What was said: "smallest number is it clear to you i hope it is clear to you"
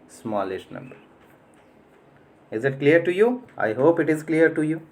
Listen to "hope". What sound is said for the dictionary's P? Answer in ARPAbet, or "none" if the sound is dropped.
P